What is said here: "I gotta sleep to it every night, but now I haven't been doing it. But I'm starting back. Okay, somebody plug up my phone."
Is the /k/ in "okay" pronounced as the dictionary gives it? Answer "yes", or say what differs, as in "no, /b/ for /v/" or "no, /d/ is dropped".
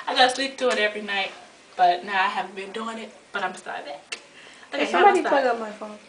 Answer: no, /k/ is dropped